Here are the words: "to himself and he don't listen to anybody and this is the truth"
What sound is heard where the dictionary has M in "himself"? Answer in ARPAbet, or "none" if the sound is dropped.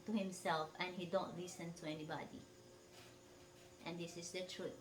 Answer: M